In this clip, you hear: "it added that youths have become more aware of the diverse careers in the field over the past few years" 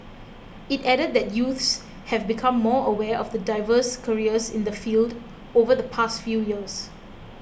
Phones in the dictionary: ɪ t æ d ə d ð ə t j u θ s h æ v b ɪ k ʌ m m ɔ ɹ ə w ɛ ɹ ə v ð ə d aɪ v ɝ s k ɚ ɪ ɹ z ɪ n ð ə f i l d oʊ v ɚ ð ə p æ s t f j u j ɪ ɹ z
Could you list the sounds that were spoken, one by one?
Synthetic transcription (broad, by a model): ɪ t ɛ d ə d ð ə t j u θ s h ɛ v b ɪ k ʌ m m ɔ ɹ ə w ɛ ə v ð ə d aɪ v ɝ s k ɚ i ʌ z ɪ n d ə f i l d oʊ v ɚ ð ə p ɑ s t f j u j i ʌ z